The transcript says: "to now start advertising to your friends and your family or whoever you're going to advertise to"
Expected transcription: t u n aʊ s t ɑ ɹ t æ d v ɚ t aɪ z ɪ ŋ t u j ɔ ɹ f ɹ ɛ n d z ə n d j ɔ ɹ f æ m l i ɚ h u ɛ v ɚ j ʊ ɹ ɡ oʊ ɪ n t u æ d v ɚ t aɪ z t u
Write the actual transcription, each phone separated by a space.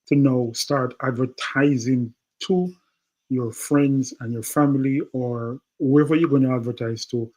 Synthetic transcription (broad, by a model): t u n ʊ s t ɑ ɹ t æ d v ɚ t aɪ z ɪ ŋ t u j ɔ ɹ f ɹ ɛ n d z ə n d j ɔ ɹ f æ m l i ɚ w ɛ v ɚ j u ɡ oʊ ɪ n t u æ d v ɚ t aɪ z t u